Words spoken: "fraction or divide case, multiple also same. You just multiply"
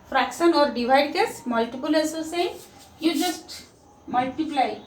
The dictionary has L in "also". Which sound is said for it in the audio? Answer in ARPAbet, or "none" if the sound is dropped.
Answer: none